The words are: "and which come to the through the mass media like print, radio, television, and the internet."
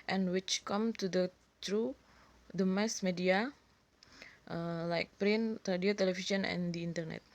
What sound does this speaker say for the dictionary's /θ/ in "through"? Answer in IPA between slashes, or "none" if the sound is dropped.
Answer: /t/